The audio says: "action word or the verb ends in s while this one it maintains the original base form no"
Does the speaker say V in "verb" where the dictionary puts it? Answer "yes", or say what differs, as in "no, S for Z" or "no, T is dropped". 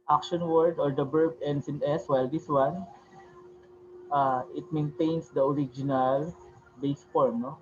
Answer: no, B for V